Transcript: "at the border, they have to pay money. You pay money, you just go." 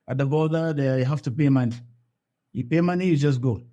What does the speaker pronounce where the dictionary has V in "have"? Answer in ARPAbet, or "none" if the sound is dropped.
F